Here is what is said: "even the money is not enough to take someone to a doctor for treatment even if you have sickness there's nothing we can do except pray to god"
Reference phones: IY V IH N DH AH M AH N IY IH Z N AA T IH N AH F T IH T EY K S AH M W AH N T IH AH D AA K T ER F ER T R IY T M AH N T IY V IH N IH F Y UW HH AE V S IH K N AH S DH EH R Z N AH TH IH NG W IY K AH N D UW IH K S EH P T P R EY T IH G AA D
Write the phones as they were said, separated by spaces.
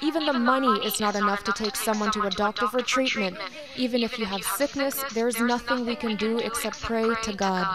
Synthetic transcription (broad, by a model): IY V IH N DH AH M AH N IY IH Z N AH T IH N AH F T IH T EY K S AH M W AH N T IH AH D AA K T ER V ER T R IY T M AH N T IY V IH N IH F Y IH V S IH K N AH S DH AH R Z N AH TH IH NG W IY K AH N D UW IH K S EH P T P R EY T IH G AA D